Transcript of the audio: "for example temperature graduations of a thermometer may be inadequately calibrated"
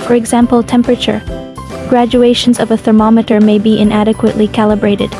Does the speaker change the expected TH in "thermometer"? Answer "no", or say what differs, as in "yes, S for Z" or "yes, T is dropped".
no